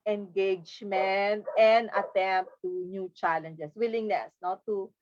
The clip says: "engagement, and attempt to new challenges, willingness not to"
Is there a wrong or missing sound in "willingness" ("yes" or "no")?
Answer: no